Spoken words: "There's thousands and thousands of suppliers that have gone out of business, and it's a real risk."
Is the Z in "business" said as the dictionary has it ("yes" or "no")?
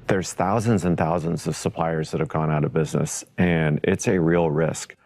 yes